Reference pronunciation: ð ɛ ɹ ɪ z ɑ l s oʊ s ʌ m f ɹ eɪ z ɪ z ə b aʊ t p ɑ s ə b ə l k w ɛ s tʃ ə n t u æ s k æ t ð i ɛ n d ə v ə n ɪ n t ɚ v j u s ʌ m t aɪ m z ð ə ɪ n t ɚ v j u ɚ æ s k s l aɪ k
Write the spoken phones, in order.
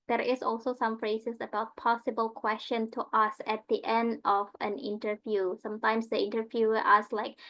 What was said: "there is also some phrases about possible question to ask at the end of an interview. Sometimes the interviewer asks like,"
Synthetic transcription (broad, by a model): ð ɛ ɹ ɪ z ɑ l s oʊ s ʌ m f ɹ eɪ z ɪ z ə b aʊ t p ɑ s ə b ə l k w ɛ s tʃ ə n t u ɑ s æ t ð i ɛ n d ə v ə n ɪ n t ɚ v j u s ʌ m t aɪ m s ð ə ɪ n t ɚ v j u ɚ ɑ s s l aɪ k